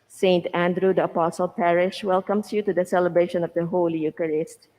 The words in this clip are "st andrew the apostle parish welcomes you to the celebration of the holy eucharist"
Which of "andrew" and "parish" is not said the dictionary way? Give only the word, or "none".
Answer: none